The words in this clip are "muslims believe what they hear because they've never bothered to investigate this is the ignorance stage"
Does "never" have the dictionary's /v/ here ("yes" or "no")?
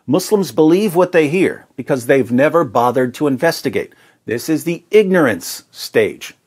yes